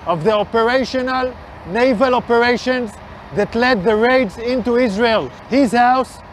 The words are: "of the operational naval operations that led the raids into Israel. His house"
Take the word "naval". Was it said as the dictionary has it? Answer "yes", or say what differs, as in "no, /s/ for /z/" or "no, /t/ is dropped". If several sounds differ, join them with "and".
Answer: yes